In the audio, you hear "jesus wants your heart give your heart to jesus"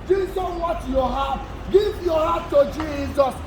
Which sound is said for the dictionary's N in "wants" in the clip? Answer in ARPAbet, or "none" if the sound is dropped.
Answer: none